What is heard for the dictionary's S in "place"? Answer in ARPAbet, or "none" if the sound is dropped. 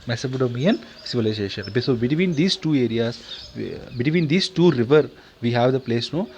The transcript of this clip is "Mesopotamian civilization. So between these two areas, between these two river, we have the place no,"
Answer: S